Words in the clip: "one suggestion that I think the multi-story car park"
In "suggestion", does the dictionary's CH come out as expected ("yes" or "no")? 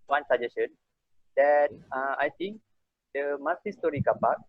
no